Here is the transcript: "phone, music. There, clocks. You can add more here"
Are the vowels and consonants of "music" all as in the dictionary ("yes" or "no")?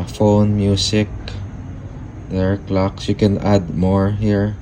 no